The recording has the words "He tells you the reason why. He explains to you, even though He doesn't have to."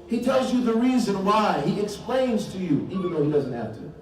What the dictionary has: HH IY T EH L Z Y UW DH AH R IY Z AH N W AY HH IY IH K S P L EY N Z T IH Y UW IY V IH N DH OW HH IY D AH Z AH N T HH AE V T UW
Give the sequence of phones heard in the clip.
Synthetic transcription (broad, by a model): HH IY T EH L Z Y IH DH AH R IY Z AH N W AY HH IY IH K S P L EY N Z T IH Y UW IY V IH N DH OW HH IY D AH Z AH N T HH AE F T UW